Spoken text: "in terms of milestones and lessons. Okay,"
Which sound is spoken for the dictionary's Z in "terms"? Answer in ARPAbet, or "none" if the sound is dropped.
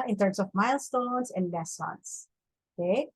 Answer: S